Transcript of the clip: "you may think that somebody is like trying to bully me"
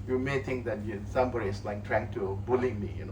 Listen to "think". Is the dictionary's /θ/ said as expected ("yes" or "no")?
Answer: no